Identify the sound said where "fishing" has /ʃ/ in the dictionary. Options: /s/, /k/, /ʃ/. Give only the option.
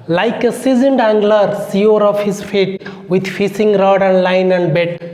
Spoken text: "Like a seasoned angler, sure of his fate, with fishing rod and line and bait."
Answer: /s/